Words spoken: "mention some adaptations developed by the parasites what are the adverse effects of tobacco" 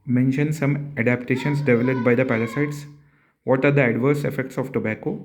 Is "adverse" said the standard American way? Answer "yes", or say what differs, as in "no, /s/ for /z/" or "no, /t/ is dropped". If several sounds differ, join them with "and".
yes